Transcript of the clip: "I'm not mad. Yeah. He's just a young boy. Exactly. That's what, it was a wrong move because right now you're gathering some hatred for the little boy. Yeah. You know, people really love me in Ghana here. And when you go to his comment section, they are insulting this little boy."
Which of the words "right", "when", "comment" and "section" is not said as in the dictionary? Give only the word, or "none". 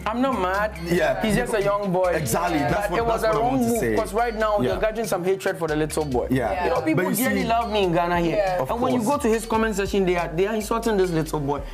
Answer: section